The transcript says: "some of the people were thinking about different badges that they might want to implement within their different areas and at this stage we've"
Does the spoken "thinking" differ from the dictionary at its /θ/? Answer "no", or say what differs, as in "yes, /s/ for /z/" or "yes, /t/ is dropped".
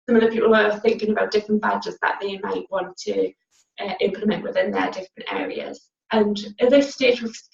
no